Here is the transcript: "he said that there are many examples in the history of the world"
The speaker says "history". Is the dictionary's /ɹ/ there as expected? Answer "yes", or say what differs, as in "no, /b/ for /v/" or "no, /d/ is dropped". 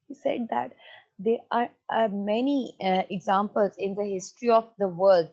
yes